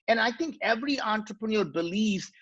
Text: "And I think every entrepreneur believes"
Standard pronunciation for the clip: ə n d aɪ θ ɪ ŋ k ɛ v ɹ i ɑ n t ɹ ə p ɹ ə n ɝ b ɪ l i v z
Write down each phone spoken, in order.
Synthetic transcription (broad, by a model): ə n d aɪ t ɪ ŋ k ɛ v ɹ i ɑ n t ɹ ə p ɹ ə n ɝ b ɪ l i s